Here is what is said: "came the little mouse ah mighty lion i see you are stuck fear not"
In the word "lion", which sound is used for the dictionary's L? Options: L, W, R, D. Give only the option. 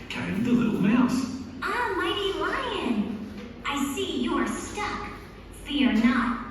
W